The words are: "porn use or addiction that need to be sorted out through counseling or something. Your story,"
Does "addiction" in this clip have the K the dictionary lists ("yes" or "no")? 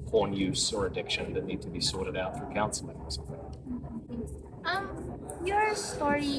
yes